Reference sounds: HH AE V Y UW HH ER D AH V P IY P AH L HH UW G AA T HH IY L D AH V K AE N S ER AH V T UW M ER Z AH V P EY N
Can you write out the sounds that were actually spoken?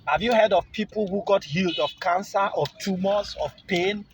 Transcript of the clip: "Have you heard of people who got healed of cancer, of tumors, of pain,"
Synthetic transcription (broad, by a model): HH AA V Y UW HH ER D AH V P IY P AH L HH UW G AA T HH IY L D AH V K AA N S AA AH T UW M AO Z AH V P EY N